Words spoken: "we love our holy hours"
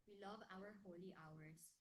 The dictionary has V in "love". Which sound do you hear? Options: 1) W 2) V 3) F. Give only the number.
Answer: 2